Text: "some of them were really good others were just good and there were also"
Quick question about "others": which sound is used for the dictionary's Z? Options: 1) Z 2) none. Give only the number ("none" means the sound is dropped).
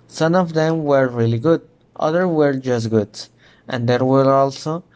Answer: 2